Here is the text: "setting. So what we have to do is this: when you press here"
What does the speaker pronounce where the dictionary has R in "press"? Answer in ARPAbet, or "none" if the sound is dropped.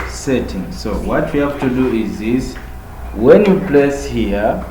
L